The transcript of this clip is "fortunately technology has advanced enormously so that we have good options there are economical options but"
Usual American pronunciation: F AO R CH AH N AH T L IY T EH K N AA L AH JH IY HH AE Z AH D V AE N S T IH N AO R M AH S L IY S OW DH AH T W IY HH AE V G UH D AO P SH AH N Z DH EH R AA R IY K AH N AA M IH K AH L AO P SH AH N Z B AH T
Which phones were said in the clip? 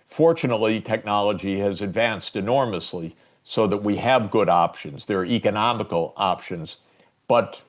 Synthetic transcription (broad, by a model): F AO R CH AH N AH T L IY T EH K N AA L AH JH IY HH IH Z AH D V AE N S T IH N AO R M AH S L IY S OW DH AH T W IY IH V G UH D AO P SH AH N Z DH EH R R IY K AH N AA M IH K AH L AO P SH AH N Z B AH T